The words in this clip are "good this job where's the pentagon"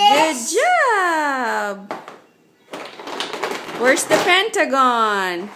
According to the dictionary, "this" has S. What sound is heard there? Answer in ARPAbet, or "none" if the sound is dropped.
none